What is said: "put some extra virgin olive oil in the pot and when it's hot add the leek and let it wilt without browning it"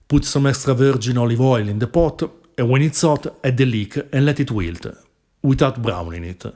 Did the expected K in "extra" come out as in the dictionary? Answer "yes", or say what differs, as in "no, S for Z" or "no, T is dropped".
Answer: no, K is dropped